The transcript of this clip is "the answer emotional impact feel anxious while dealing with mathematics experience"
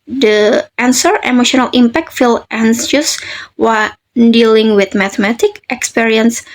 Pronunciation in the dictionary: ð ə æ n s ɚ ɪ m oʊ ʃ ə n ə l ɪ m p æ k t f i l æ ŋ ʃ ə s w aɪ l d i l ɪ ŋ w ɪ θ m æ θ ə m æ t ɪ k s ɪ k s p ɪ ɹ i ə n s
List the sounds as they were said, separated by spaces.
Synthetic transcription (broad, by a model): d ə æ n s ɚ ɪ m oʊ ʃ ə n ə l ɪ m p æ k t f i l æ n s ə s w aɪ n d i l ɪ ŋ w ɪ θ m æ t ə m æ t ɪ k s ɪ k s p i ɹ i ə n s